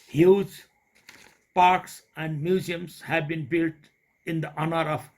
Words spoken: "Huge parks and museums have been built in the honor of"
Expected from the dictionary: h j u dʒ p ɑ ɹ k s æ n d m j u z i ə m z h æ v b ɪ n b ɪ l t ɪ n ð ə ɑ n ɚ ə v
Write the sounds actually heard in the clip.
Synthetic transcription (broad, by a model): h j u dʒ p ɑ ɹ k s æ n d m j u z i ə m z h æ v b ɪ n b ɪ l t ɪ n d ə ɑ n ɚ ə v